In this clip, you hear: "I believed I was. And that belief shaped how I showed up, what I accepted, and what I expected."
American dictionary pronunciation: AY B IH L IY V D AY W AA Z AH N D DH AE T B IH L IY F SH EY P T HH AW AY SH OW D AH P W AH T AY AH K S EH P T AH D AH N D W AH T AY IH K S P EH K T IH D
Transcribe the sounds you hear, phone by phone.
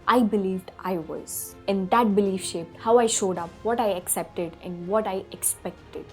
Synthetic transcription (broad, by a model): AY B IH L IY V D AY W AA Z AH N D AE T B IH L IY F SH EY P T HH AW AY SH OW D AH P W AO T AY AH K S EH P T AH D AH N D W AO T AY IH K S P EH K T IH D